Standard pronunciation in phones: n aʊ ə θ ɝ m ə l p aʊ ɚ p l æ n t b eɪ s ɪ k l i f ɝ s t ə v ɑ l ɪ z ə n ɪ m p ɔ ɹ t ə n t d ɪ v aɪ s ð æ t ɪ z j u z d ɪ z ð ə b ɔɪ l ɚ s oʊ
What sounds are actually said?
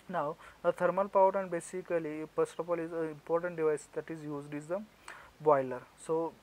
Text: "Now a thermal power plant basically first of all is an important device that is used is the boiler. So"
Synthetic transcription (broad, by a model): n aʊ ə t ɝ m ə l p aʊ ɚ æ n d b eɪ s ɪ k l i p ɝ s t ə p ɑ l ɪ z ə ɪ m p ɔ ɹ t ə n t d ɪ v aɪ s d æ t ɪ z j u z d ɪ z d ə b ɔɪ l ɚ s oʊ